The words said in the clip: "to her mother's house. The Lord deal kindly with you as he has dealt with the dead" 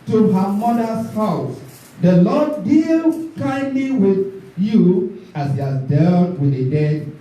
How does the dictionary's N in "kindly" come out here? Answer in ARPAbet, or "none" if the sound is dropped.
N